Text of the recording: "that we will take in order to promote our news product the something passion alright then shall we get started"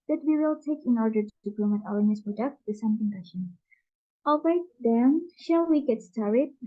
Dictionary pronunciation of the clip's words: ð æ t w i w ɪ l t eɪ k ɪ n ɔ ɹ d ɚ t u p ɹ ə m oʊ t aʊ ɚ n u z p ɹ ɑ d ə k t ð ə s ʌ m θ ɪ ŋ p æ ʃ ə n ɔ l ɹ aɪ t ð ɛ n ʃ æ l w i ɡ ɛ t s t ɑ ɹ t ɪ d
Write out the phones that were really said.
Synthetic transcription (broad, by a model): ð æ t w i w ɪ l t eɪ k ɪ n ɔ ɹ d ɚ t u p l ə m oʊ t aʊ ɚ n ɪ s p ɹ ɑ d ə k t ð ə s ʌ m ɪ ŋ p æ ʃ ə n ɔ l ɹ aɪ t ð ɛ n ʃ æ l w i ɡ ɛ t s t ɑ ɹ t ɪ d